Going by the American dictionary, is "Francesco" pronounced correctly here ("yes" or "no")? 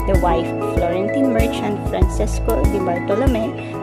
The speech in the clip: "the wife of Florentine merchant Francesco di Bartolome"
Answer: no